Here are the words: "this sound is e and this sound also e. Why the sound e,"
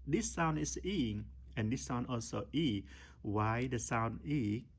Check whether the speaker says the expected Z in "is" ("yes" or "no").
no